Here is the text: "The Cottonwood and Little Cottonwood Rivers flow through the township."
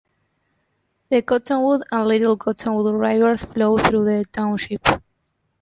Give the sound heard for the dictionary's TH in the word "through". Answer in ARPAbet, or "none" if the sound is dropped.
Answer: TH